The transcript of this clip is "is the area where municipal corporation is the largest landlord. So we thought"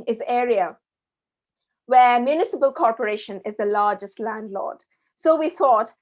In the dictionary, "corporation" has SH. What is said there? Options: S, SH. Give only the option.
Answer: SH